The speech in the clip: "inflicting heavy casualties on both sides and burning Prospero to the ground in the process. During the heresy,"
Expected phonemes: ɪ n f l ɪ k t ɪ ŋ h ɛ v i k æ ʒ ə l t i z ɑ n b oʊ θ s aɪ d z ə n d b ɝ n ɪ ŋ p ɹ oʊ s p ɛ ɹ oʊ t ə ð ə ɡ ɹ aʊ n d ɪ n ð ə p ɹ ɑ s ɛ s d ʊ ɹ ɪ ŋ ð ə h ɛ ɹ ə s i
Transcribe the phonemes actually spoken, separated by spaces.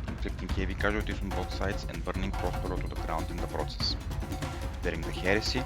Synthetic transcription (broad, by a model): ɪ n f l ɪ k t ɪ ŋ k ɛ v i k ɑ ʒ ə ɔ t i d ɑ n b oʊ t s aɪ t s ə n d b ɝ n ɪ ŋ p ɹ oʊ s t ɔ ɹ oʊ t ə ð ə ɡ ɹ aʊ n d ɪ n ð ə p ɹ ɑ s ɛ s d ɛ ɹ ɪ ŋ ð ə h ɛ ɹ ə s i